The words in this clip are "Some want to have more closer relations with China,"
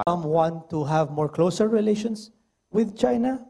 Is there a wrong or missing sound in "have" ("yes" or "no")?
no